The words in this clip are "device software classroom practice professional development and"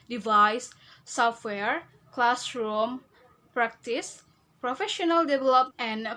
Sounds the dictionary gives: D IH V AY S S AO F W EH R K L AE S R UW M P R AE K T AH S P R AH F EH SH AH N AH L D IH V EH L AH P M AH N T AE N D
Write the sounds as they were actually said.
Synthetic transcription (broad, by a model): D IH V AY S S AO F W EH R K L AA S R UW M P R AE K T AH S P R AH F EH SH AH N AH L D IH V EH L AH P AH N N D